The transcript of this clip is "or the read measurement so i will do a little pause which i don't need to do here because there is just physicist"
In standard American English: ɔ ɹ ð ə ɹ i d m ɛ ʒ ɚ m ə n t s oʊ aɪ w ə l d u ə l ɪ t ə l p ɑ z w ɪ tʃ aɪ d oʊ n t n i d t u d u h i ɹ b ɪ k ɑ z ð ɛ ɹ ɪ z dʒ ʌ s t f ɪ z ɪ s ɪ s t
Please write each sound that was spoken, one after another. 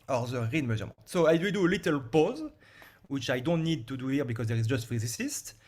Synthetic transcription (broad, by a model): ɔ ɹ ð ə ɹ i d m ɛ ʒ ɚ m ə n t s oʊ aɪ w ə d u ə l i t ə l p ɑ z w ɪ tʃ aɪ d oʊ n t n i d t u d u h i ɹ b ɪ k ɑ z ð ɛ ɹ ɪ z dʒ ʌ s t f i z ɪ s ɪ s t